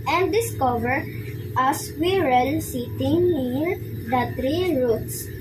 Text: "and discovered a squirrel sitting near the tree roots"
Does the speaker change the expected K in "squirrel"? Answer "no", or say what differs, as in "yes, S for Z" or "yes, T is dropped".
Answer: yes, K is dropped